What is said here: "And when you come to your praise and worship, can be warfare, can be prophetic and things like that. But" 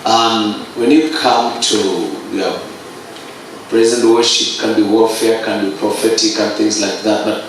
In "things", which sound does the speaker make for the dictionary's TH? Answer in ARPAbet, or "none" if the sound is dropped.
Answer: TH